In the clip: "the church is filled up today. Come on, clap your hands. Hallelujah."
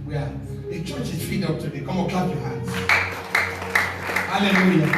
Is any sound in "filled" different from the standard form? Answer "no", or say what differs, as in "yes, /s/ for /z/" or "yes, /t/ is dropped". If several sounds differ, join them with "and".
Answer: yes, /l/ is dropped